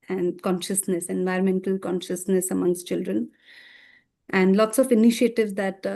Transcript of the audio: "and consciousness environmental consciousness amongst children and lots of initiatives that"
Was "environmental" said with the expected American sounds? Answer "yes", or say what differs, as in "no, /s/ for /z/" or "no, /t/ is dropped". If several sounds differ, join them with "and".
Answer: yes